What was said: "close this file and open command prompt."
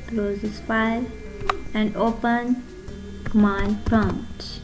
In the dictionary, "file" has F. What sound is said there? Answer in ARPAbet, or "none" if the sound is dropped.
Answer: P